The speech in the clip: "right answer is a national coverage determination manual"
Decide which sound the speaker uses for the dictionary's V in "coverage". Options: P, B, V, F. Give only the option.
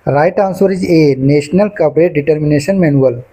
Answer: P